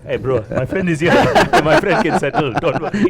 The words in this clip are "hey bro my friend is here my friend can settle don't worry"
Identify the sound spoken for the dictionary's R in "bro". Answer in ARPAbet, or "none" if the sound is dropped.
R